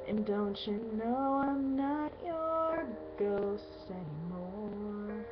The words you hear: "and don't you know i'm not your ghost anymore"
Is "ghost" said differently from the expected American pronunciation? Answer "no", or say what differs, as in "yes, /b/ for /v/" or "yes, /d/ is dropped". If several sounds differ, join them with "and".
yes, /t/ is dropped